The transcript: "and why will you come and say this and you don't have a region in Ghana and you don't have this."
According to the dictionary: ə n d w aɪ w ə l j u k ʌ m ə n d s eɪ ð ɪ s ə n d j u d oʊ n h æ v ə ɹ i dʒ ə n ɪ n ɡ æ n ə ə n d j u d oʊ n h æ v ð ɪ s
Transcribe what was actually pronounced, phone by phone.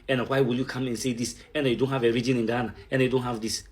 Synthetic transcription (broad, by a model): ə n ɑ w aɪ w ə l j u k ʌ m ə n s eɪ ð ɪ s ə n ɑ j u d oʊ n h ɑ v ə ɹ i dʒ ə n ɪ n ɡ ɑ n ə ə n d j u d oʊ n h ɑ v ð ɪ s